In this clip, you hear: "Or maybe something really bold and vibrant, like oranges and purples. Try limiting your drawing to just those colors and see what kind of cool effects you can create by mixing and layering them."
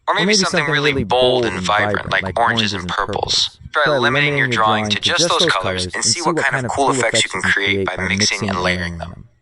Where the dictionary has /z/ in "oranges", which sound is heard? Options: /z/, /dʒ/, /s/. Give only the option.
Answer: /z/